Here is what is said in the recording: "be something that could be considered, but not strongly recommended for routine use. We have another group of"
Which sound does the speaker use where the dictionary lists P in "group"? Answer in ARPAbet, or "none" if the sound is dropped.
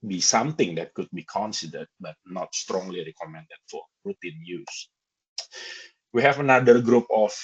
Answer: P